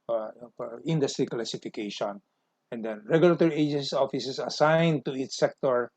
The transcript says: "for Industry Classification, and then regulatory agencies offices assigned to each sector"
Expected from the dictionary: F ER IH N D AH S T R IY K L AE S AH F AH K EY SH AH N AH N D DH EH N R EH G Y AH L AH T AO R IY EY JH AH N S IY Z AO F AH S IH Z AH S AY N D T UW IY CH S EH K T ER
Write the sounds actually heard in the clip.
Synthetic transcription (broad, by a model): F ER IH N D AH S T R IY K L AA S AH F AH K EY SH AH N AH N D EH N R EH G Y AH L AH T AO R IY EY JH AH N S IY AO F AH S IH S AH S AY N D T UW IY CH S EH K T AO